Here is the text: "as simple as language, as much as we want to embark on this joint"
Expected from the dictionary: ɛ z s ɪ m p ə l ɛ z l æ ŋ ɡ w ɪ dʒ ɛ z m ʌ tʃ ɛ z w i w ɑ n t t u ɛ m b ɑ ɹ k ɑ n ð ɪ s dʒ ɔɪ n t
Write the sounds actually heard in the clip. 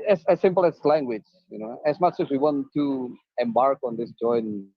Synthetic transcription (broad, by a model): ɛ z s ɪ m p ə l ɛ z l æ ŋ ɡ w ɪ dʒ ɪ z m ʌ tʃ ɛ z w i w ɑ n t t u ɛ m b ɑ ɹ k ɑ n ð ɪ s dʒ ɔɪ n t